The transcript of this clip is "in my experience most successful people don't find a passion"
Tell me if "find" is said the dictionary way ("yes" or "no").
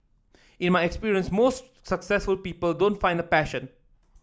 yes